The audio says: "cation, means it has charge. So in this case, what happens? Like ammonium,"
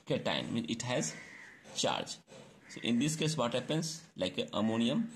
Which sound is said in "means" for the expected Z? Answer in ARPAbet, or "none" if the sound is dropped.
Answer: none